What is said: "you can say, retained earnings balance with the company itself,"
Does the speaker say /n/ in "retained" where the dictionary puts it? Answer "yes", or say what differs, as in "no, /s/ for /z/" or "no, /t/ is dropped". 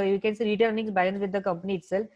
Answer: no, /n/ is dropped